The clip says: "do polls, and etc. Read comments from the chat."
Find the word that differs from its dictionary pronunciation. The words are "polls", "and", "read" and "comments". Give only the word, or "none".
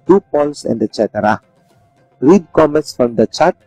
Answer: polls